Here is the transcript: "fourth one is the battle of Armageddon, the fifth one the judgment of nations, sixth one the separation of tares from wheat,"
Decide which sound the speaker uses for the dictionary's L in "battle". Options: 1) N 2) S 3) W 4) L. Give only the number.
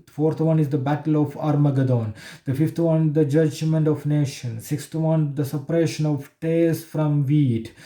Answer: 4